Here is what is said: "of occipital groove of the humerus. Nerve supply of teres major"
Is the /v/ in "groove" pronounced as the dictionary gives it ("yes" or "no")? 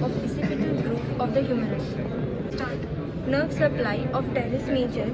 no